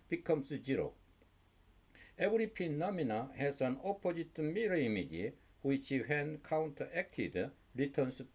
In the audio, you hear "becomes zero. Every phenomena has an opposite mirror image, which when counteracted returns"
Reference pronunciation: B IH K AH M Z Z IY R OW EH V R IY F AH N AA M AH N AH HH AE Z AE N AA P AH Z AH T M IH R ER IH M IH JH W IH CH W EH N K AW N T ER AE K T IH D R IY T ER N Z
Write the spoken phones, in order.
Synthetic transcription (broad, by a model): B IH K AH M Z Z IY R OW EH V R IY P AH N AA M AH N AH HH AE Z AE N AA P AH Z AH T M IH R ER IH M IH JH W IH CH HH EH N K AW N T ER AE K T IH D R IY T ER N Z